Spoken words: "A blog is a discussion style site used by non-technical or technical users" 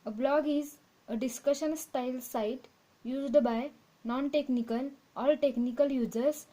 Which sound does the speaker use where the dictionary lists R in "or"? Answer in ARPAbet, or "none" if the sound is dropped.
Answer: L